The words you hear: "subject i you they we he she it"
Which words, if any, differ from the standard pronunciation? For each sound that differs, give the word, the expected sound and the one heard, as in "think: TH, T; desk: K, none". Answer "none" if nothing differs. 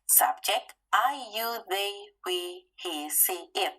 she: SH, S